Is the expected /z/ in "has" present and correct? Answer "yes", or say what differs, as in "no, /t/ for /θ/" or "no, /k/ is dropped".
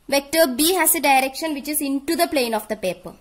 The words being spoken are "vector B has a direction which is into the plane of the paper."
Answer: no, /s/ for /z/